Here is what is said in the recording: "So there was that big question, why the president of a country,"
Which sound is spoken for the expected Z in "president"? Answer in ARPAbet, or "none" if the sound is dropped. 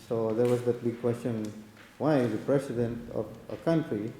S